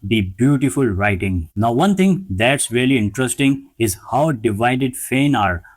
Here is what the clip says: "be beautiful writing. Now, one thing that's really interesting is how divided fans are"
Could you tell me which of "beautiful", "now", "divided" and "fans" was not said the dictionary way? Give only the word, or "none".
fans